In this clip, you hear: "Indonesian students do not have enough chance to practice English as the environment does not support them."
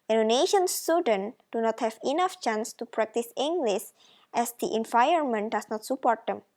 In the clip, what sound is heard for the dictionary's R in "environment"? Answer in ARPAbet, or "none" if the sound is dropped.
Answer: none